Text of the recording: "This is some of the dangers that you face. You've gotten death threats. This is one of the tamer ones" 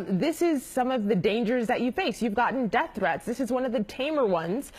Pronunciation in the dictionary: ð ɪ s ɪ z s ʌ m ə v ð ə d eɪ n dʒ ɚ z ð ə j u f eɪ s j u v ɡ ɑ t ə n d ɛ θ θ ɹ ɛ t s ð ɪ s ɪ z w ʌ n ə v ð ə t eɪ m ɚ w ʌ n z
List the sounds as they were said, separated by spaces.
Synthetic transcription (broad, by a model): ð ɪ s ɪ z s ʌ m ə v ð ə d eɪ n dʒ ɚ z ð ə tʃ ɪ f eɪ s j u v ɡ ɑ t n d ɛ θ θ ɹ ɛ t s ð ɪ s ɪ z w ʌ n ə v ð ə t eɪ m ɚ w ʌ n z